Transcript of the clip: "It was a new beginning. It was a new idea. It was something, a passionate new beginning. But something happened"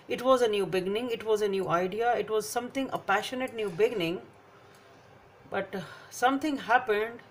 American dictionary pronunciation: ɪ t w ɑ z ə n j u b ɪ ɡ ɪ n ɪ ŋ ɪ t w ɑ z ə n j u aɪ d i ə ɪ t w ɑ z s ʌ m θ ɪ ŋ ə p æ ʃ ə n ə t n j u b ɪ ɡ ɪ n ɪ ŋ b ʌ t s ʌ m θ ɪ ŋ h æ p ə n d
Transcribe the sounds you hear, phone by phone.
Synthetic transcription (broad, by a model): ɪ t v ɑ z ə n j u b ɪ ɡ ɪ n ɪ ŋ ɪ t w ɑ z ə n j u aɪ d i ə ɪ t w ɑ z s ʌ m t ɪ ŋ ə p æ ʃ ə n ə t n j u b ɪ ɡ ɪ n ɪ ŋ b ʌ t s ʌ m t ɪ ŋ h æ p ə n d